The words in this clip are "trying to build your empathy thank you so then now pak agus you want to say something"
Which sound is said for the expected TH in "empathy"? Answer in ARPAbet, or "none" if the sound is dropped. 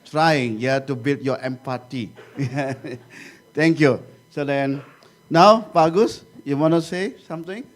T